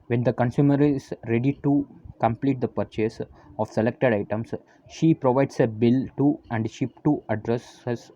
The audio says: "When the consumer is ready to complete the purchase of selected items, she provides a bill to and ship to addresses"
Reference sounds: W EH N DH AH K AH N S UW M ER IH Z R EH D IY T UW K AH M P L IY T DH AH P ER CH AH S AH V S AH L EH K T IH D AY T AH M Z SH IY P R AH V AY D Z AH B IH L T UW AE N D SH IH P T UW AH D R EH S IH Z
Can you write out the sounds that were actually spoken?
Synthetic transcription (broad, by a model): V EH N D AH K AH N S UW M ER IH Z R EH D IY T UW K AH M P L IY T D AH P ER CH AH S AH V S AH L EH K T IH D AY T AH M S SH IY P R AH V AY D S AH B IH L T UW AE N D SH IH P T UW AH D R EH S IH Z